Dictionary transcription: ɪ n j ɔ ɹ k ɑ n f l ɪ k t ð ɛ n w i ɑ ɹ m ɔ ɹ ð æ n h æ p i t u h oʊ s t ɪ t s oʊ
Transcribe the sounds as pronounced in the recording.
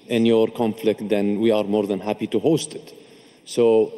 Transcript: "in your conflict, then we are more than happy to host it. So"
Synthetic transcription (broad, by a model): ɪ n j ɔ ɹ k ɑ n f l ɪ k t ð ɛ n w i ɑ ɹ m ɔ ɹ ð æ n h æ p i t u h oʊ s t ɪ t s oʊ